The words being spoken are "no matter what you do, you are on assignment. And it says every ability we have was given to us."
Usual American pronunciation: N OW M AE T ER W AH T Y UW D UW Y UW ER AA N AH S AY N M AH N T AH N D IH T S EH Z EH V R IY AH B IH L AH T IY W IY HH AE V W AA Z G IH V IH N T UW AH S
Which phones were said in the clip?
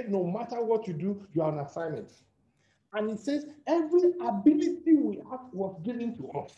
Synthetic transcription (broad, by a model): N OW M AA T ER W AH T Y UW D UW Y UW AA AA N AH S AY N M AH N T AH N IH T S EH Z EH V R IY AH B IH L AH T IY W IY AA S W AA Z G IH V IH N T UW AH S